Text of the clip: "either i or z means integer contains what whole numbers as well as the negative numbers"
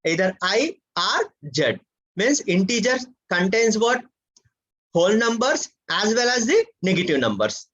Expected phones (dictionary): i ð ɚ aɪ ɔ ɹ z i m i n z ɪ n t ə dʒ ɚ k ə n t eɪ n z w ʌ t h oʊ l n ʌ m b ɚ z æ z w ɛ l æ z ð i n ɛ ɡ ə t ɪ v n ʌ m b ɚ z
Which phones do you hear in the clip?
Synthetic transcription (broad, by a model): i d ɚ aɪ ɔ ɹ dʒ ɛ m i n s ɪ n t ə dʒ ɚ k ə n t eɪ n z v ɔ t h oʊ l n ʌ m b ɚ s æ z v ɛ l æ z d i n ɛ ɡ ə t ɪ v n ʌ m b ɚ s